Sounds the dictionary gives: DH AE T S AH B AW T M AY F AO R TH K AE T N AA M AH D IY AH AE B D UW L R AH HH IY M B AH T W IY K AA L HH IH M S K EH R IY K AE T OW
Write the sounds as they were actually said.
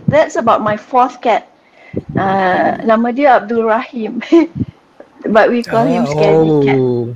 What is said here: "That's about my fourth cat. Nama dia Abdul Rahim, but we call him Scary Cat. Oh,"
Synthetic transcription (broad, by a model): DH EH T S AH B AW T M AY F AO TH K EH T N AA M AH D IY AH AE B D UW L R AH HH IY M B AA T W IY K AA L HH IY M S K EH IY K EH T